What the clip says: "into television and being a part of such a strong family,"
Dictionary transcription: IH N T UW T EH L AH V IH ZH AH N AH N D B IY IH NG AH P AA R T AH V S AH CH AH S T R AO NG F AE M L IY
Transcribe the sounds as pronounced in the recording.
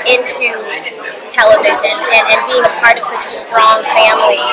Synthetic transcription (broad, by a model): IH N T UW T EH L AH V IH ZH AH N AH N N B IY IH NG AH P AA R T AH V S AH CH AH S T R AO NG F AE M L IY